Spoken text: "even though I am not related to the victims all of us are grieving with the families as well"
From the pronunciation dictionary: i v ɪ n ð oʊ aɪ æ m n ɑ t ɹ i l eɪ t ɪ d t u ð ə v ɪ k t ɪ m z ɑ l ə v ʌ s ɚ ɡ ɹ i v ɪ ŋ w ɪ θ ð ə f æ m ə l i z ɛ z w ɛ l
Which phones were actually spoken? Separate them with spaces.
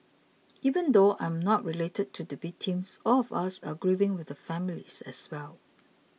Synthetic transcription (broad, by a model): i v ɪ n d oʊ aɪ m n ɑ t ɹ i l eɪ t ɪ d t u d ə b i t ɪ m s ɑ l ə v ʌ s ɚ ɡ ɹ i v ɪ ŋ w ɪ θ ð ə f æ m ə l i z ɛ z w ɛ l